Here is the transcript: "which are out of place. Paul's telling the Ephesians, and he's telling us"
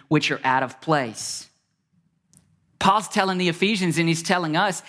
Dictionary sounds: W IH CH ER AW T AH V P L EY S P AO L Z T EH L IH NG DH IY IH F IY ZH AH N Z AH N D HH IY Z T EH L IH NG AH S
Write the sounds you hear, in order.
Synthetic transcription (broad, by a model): W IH CH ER AW T AH V P L EY S P AO L Z T EH L IH NG DH IY IH F IY ZH AH N Z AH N IY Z T EH L IH NG AH S